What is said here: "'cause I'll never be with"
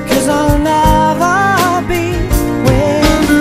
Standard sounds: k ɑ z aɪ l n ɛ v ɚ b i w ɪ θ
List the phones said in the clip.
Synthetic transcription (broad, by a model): k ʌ z aɪ l n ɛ v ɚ b i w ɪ